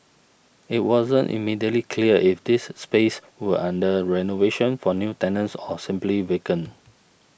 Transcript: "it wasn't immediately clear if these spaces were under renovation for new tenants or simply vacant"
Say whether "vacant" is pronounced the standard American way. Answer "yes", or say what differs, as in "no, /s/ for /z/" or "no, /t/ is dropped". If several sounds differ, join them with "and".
no, /t/ is dropped